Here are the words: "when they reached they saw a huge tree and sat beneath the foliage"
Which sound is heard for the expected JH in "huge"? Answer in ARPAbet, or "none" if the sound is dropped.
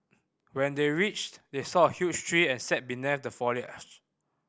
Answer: CH